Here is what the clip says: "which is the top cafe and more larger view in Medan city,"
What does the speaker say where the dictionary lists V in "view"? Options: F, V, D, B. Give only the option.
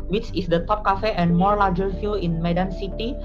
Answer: F